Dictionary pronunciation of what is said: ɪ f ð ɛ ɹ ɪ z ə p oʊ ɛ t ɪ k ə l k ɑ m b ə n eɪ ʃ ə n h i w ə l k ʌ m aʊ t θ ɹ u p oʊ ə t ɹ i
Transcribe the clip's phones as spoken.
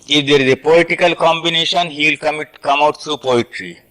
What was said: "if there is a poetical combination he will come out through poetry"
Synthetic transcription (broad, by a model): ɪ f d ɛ ɹ ɪ z ə p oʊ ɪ t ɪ k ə l k ɑ m b ə n eɪ ʃ ə n h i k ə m k ʌ m aʊ t t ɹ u p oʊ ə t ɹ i